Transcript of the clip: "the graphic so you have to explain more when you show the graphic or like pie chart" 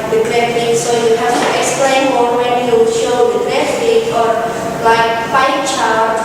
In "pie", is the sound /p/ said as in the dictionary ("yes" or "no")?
no